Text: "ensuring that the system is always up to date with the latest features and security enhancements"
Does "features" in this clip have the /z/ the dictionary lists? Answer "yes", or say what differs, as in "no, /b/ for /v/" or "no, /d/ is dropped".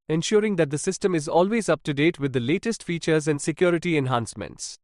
yes